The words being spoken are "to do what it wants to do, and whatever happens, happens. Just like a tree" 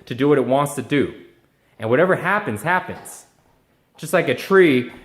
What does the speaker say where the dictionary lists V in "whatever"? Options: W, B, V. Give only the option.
V